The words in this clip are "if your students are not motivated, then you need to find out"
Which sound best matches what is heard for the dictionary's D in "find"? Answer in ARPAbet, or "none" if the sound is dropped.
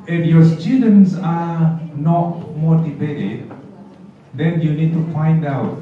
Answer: D